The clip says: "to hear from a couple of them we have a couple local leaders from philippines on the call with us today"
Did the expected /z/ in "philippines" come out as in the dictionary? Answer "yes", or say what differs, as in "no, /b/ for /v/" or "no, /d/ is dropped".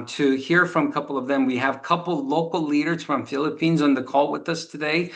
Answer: yes